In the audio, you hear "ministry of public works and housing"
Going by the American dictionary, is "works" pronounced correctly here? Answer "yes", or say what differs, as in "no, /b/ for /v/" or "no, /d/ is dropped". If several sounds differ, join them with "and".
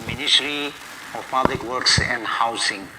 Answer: yes